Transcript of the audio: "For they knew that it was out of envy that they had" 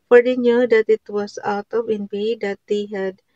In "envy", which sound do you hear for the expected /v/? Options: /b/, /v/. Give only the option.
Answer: /b/